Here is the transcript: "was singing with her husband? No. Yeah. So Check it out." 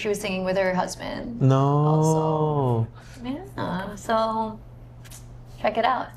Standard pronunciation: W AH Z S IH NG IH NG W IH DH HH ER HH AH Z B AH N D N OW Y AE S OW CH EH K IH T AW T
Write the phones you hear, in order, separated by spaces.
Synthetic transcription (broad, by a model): W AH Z S IH NG IH NG W IH DH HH ER HH AH Z B AH N D N OW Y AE S OW CH EH K IH T AW T